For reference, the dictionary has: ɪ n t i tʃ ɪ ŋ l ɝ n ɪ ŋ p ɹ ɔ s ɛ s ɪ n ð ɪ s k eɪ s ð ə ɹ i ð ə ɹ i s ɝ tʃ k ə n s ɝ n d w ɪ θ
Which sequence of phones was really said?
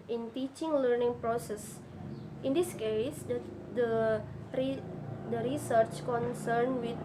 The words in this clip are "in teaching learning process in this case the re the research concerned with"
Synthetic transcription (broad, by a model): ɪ n t i tʃ ɪ ŋ l ɝ n ɪ ŋ p ɹ ɔ s ɛ s ɪ n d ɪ s k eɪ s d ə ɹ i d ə ɹ i s ɝ tʃ k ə n s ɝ n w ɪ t